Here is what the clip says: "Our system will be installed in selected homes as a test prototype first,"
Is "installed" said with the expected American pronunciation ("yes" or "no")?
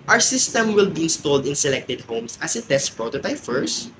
yes